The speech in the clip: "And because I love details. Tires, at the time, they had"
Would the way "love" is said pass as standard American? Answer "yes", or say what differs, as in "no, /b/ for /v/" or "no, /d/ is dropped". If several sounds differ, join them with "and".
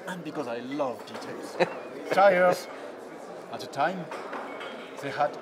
yes